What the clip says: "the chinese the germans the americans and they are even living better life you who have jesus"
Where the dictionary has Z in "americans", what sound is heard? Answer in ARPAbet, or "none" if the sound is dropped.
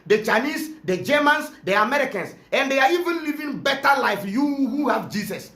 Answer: S